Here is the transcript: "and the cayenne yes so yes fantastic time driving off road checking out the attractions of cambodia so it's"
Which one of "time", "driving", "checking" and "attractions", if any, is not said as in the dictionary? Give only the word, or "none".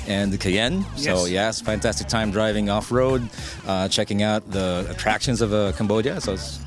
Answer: none